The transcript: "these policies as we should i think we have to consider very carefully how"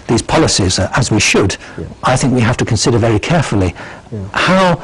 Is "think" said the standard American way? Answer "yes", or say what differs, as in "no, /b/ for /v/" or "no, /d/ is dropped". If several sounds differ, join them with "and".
yes